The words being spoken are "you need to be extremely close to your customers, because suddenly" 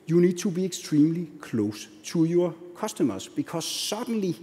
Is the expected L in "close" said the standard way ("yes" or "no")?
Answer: yes